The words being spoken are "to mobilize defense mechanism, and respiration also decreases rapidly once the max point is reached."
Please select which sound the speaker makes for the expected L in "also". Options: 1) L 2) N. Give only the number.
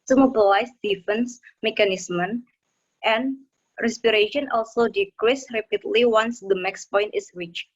1